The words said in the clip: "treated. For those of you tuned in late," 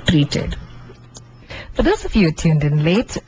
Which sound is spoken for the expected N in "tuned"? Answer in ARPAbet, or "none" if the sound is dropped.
N